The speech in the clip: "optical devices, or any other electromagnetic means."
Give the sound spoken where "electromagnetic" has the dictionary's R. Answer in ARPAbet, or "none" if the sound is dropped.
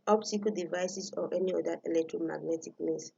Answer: R